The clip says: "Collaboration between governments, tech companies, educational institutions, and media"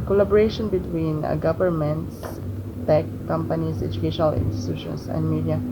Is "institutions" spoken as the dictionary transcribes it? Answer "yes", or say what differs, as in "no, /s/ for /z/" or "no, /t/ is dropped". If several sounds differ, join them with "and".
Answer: no, /s/ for /z/